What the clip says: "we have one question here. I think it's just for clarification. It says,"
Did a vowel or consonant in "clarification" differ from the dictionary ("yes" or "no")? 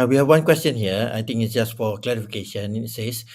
no